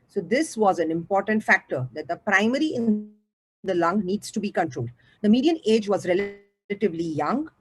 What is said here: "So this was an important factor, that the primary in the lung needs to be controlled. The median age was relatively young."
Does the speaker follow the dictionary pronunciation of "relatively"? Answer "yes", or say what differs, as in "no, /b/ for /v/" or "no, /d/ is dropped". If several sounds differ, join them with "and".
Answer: yes